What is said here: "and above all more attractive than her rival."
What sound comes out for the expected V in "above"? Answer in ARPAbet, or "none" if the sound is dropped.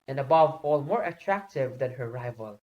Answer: V